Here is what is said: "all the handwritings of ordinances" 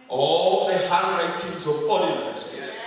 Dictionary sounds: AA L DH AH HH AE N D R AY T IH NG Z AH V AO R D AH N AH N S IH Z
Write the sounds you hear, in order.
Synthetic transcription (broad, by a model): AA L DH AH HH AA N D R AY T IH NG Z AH P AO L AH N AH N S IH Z